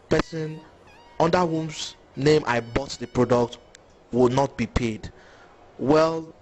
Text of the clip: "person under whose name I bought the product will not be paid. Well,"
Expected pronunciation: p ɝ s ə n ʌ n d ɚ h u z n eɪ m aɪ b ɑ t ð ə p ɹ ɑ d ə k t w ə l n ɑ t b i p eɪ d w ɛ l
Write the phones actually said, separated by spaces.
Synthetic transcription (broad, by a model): p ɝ s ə n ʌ n d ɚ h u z n eɪ m aɪ b ɑ t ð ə p ɹ ɑ d ə k t w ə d n ɑ t b i p eɪ d w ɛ l